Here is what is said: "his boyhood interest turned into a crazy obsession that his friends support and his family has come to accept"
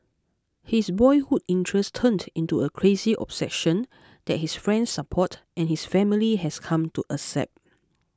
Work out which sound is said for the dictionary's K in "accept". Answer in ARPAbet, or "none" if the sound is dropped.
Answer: none